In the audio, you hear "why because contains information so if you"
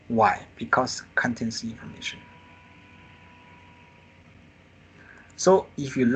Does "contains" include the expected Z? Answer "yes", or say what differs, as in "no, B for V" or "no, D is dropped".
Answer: no, S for Z